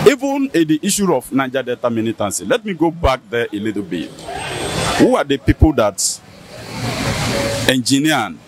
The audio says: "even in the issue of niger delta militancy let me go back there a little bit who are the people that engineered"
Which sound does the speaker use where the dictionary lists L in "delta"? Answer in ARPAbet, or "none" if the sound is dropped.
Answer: none